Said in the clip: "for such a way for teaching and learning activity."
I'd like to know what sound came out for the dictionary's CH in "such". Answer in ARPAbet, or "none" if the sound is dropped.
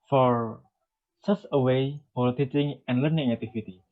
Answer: S